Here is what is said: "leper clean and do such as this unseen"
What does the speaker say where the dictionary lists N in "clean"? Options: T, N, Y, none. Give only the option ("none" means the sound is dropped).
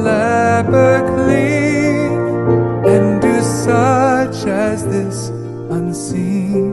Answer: none